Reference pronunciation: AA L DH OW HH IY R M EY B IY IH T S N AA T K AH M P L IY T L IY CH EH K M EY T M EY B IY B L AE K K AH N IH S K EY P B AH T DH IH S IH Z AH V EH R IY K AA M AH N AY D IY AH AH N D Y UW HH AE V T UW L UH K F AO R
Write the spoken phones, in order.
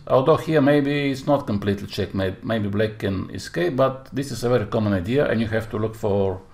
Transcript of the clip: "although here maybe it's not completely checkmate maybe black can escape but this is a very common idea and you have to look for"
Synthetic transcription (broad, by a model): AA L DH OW HH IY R M EY B IY IH T S N AA T K AH M P L IY T L IY CH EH K M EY M EY B IY B L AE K K AH N IH S K EY P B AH T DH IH S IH S AH V EH R IY K AA M AH N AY D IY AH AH N Y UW HH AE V T UW L UH K F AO R